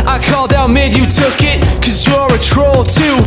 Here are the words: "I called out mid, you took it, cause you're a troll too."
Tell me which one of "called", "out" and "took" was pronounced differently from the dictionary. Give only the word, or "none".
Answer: none